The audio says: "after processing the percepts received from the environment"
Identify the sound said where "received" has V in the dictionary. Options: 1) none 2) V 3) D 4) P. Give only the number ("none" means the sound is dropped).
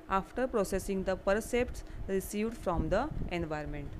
2